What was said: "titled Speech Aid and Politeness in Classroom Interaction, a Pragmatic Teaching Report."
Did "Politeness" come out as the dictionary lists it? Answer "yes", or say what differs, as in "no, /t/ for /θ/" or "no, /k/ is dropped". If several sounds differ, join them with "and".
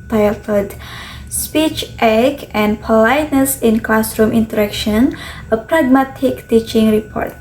yes